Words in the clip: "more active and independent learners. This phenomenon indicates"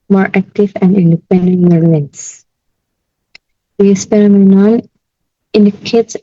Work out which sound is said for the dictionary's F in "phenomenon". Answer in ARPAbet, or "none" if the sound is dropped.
P